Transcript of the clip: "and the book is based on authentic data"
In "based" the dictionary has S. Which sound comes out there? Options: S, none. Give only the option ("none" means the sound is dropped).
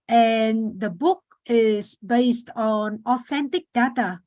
S